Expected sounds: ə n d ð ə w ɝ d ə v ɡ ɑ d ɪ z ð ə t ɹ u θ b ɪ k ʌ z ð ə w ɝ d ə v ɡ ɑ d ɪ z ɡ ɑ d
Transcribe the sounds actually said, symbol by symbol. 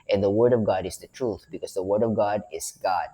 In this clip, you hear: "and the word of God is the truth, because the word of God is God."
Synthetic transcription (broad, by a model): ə n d ð ə w ɝ d ə v ɡ ɑ d ɪ z ð ə t ɹ u θ b ɪ k ʌ z ð ə w ɝ d ə v ɡ ɑ d ɪ z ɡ ɑ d